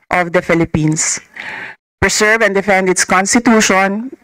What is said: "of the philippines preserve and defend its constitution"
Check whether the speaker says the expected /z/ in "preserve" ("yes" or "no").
no